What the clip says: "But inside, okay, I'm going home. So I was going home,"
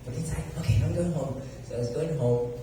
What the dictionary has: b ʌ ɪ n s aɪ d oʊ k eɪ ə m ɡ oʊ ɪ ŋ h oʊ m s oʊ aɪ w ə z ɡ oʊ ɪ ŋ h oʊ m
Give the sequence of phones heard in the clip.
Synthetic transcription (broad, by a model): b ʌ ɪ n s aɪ oʊ k eɪ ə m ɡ oʊ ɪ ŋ h oʊ m s oʊ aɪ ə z ɡ oʊ ɪ ŋ h oʊ m